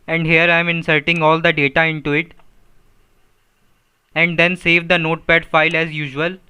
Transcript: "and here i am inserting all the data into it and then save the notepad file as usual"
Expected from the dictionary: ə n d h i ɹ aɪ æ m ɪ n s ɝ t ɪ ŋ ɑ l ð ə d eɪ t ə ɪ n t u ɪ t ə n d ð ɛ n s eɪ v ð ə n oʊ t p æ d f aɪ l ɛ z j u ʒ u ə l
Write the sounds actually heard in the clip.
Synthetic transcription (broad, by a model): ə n d h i ɹ aɪ m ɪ n s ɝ t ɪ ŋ ɑ l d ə d eɪ t ə ɪ n t u ɪ t ə n d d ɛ n s eɪ v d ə n oʊ t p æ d f aɪ l ɛ z j u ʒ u ə l